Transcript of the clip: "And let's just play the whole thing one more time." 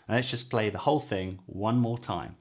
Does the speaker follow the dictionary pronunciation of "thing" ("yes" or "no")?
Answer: yes